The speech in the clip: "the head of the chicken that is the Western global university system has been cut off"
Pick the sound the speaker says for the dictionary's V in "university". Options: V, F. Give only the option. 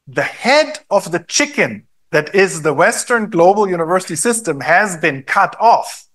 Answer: V